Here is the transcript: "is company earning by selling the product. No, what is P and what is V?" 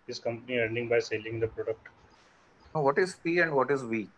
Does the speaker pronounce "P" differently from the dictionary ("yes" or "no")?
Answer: yes